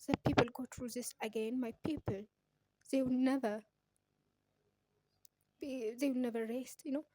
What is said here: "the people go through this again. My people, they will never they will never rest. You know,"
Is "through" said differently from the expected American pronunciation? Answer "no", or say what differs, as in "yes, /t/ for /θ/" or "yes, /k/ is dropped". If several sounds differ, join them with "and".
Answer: yes, /t/ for /θ/